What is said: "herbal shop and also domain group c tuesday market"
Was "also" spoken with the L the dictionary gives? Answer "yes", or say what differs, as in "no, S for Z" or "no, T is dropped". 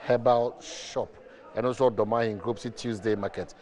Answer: no, L is dropped